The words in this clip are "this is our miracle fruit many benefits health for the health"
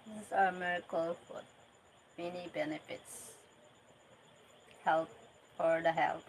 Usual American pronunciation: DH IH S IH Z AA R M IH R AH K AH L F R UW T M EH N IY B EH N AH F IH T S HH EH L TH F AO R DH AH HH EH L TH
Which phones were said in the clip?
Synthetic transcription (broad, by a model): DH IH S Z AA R M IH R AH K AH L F UW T M EH N IY B EH N AH F IH T S HH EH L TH F AO R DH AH HH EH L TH